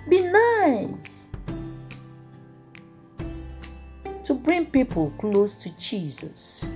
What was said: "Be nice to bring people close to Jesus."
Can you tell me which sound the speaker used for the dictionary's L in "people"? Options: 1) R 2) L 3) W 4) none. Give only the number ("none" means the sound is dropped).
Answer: 2